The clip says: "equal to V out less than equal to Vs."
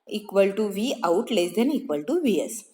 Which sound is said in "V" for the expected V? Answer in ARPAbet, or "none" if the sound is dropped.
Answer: V